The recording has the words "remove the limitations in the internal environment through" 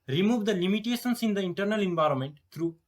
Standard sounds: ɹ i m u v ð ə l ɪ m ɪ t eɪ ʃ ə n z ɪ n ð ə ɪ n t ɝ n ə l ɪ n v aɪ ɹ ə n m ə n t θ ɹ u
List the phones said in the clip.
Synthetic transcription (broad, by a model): ɹ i m u v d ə l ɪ m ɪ t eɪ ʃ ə n s ɪ n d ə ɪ n t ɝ n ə l ɪ n v aɪ ɹ ə n m ə n t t ɹ u